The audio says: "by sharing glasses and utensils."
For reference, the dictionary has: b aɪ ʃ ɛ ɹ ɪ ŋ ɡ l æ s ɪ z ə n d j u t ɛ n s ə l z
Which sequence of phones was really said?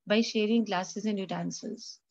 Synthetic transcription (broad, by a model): b aɪ ʃ ɛ ɹ ɪ ŋ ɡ l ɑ s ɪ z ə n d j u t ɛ n s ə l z